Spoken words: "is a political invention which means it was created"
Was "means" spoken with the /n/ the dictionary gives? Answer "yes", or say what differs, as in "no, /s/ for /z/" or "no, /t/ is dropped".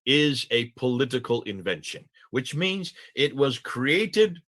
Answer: yes